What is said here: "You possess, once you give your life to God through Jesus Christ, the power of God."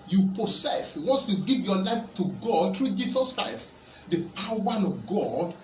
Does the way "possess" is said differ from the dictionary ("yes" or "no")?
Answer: yes